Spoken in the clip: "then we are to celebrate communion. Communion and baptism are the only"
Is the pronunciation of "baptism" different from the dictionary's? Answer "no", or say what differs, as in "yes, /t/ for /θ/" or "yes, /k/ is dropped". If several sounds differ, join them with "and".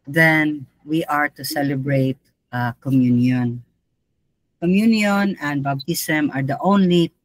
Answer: yes, /b/ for /p/ and /s/ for /z/